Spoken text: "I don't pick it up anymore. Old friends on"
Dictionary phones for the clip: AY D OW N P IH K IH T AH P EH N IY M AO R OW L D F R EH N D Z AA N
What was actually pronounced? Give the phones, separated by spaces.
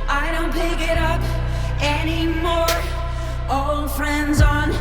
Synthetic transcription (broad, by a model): AY D OW N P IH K IH T AH P EH N IY M AO R OW L D F R EH N D Z N